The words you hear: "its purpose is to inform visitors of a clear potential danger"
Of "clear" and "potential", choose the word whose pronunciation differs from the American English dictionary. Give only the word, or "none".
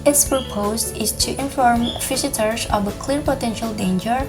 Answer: none